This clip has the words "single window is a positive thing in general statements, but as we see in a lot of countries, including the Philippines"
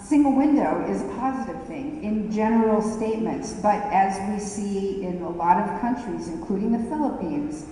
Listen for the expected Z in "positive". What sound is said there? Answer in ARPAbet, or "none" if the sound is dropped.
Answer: Z